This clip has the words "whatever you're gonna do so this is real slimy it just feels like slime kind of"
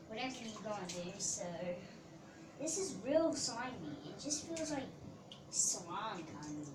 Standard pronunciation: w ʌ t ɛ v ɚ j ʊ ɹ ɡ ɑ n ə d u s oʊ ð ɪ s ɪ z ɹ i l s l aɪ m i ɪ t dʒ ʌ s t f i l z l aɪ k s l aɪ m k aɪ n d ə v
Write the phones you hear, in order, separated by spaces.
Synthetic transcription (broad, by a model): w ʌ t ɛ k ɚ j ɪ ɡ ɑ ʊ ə d u s oʊ ð ɪ s ɪ z ɹ i l s aɪ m i ɪ t dʒ ʌ s t f i l z l aɪ k s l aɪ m k aɪ n d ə